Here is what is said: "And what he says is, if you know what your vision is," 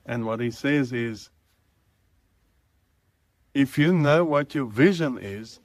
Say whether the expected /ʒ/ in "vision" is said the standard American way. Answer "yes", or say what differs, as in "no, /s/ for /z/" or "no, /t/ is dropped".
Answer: yes